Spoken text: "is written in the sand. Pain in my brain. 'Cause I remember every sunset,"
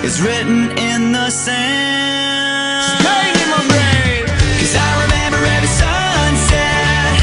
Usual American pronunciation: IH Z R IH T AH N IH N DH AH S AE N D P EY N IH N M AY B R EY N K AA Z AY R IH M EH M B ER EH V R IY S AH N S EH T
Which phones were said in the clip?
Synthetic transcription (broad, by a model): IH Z R IH T N IH N DH AH S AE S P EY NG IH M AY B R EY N K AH Z AY R IH M EH M B ER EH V IY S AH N S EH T